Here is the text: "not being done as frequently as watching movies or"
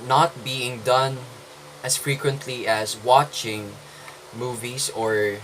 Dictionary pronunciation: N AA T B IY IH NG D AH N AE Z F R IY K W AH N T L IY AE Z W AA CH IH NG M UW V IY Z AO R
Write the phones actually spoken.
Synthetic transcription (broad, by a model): N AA T B IY IH NG D AH N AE S F R IY K W AH N T L IY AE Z W AA CH IH NG M UW V IY S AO R